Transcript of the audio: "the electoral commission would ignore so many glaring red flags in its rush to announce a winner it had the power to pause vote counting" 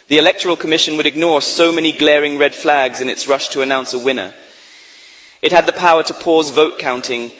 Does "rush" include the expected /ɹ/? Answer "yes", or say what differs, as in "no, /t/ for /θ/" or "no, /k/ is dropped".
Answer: yes